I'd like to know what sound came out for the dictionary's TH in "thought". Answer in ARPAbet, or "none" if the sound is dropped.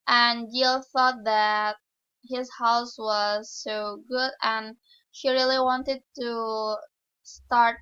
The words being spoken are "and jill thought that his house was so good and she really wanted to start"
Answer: TH